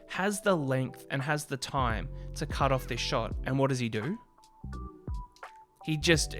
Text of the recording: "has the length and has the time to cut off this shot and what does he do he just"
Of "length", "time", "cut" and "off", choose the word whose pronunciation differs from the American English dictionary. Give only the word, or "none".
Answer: none